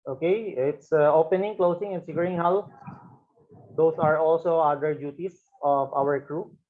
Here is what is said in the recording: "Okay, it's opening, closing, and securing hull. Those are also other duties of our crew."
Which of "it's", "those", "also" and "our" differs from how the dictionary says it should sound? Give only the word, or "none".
those